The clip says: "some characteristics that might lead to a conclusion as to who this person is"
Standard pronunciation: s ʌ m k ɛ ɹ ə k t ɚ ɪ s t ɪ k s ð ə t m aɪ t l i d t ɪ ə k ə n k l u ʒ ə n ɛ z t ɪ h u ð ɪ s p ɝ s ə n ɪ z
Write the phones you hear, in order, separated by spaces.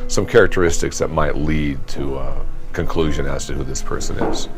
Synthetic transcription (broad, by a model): s ʌ m k ɛ ɹ ə k t ɚ ɪ s t ɪ k s ð ə t m aɪ t l i d t ɪ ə k ə n k l u ʒ ə n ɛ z t ɪ h u ð ɪ s p ɝ s ə n ɪ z